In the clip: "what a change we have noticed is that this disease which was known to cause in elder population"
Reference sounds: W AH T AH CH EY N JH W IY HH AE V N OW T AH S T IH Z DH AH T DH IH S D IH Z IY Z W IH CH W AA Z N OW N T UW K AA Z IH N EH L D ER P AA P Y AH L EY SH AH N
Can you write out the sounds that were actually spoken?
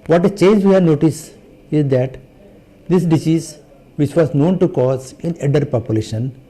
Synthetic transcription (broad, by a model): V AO T AH CH EY N JH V IY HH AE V N OW T AH S T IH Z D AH T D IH S D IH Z IY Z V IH CH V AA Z N OW N T UW K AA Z IH N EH D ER P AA P Y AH L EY SH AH N